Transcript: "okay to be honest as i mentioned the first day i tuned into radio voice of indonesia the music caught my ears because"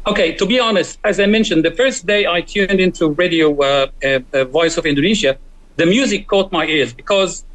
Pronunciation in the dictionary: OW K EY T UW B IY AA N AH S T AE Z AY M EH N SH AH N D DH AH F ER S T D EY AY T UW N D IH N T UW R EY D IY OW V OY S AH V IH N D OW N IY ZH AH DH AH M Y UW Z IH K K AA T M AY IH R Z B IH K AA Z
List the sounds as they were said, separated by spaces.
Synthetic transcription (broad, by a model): OW K EY T UW B IY AA N AH S T AE Z AY M EH N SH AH N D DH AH F ER S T D EY AY T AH N D IH N T UW R EY D IY OW V OY S AH V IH N D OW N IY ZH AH DH AH M Y UW Z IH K K AA T M AY IH R Z B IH K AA Z